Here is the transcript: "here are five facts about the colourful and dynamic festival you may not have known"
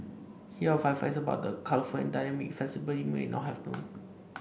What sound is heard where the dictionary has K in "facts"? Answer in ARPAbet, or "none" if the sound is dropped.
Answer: none